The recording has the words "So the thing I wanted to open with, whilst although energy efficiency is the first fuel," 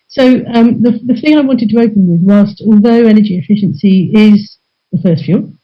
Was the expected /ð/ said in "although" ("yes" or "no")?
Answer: yes